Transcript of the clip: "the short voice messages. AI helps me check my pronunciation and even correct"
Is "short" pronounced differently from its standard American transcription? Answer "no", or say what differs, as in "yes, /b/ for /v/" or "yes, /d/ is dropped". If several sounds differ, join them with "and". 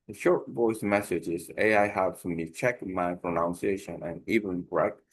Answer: no